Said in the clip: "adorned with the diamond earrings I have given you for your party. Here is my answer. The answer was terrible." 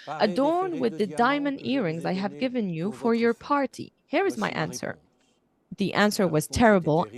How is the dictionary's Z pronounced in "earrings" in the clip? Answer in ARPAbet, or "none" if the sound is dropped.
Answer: Z